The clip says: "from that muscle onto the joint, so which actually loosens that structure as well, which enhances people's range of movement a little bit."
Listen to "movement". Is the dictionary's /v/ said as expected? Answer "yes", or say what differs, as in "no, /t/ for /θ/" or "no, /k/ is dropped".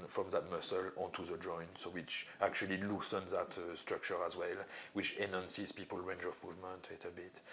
yes